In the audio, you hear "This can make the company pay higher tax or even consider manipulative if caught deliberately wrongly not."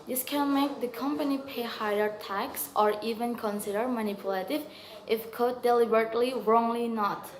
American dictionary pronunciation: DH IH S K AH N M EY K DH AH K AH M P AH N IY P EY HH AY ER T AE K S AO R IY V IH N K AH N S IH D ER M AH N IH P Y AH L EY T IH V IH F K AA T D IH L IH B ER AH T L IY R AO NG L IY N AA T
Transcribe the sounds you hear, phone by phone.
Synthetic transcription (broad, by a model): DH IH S K AH N M EY K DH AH K AH M P AH N IY P EY HH AY ER T AE K S AO R IY V IH N K AH N S IH D ER M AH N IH P Y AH L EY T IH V IH F K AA D IH L IH B ER AH T L IY R AO NG L IY N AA T